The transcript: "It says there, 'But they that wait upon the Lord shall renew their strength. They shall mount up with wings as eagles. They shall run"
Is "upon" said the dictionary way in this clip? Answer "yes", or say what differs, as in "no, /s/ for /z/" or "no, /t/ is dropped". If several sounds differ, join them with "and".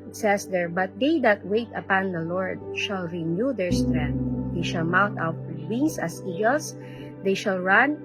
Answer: yes